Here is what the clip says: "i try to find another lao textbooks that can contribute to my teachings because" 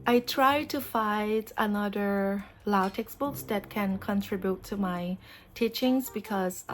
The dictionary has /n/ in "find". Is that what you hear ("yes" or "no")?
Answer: no